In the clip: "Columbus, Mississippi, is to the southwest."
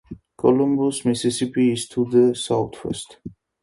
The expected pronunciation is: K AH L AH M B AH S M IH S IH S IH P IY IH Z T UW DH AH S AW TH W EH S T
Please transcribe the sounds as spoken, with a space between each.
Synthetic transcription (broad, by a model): K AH L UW M B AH S M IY S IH S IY P IY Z T UW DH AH S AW T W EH S T